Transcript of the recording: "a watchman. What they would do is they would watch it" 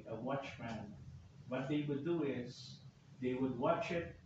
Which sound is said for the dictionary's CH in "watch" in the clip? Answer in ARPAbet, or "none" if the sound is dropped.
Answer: CH